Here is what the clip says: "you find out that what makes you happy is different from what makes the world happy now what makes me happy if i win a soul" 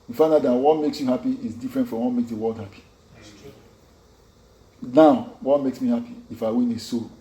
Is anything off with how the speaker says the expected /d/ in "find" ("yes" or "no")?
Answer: yes